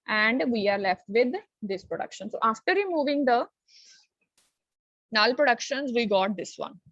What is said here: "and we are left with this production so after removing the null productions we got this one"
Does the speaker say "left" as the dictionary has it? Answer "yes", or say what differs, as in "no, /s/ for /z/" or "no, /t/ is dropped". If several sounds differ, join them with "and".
yes